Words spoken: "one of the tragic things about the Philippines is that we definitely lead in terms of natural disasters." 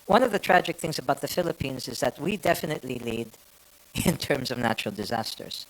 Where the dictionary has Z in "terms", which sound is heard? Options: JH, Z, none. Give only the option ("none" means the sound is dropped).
Z